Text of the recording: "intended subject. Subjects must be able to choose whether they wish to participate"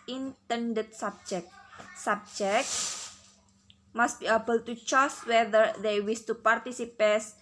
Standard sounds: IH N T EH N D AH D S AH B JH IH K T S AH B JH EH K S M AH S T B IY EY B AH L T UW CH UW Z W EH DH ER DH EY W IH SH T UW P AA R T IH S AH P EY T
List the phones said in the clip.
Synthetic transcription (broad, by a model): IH N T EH N D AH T S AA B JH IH K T S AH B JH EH K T M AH S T B IY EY B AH L T UW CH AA S W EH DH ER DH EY W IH S T UW P AA R T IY S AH P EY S